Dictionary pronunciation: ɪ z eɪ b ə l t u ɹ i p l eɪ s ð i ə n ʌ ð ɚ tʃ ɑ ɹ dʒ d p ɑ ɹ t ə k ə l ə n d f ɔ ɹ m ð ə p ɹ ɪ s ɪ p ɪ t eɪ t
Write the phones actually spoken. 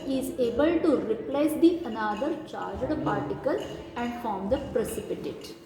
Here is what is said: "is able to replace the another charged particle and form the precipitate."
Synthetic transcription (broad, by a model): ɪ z eɪ b ə l t u ɹ i p l eɪ s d i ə n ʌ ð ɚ tʃ ɑ ɹ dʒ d p ɑ ɹ t ə k ə l ə n d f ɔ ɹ m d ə p ɹ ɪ s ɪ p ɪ t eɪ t